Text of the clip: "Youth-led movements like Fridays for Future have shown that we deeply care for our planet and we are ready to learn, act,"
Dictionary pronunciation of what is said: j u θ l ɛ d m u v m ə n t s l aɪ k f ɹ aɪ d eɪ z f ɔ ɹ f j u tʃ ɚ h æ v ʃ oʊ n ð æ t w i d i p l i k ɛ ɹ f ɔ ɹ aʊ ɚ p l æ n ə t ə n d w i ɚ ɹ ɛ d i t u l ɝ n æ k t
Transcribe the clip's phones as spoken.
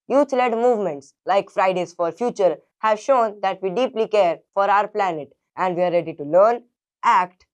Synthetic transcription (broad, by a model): j u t l ɛ d m u v m ə n t s l aɪ k f ɹ aɪ d eɪ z f ɔ ɹ f j u tʃ ɚ h æ v ʃ oʊ n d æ t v i d i p l i k ɛ ɹ f ɔ ɹ aʊ ɚ p l æ n ə t ə n d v i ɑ ɹ ɛ d i t u l ɝ n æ k t